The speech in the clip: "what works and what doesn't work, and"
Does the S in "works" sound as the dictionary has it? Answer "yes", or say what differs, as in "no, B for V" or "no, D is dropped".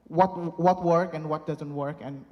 no, S is dropped